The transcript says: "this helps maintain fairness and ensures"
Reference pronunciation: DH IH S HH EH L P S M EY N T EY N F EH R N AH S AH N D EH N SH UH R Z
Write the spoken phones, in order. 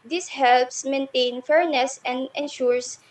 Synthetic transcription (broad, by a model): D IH S HH EH L P S M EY N T EY N F EH R N AH S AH N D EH N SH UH R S